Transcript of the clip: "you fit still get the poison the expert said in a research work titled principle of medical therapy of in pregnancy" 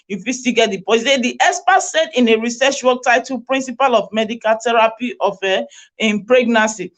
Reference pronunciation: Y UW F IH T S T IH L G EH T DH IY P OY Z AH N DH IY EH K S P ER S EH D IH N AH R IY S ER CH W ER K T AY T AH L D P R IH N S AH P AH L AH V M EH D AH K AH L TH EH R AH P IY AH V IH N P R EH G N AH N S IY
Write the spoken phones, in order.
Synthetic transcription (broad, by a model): Y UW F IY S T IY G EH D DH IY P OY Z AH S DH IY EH S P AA S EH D IH N AH R IY S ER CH W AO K T AY T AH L P R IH N S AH P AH L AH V M EH D AH K AH L T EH R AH P IY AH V IH N P R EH G N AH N S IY